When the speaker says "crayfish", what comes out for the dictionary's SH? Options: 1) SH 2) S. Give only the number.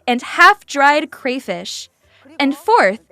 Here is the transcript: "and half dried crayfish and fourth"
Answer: 1